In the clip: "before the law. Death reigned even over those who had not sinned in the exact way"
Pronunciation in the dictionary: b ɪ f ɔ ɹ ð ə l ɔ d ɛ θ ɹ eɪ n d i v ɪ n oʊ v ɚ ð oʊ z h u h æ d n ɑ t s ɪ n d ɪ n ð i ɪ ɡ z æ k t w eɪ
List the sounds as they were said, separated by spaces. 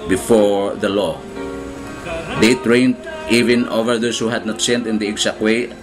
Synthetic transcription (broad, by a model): b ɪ f ɔ ɹ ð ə l ɔ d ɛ t ɹ eɪ n d i v ɪ n oʊ v ɚ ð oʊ s h u h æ d n ɑ t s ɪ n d ɪ n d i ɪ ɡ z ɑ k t w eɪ